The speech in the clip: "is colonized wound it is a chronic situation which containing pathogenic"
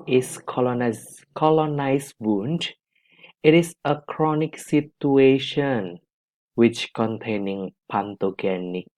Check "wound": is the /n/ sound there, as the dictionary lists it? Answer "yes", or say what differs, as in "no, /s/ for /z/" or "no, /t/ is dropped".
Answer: yes